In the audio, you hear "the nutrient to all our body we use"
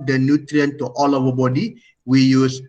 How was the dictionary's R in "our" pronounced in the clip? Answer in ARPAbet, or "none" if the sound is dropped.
W